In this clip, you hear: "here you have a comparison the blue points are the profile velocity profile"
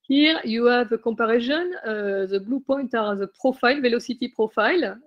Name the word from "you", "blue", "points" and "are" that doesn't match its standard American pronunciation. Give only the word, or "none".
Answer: points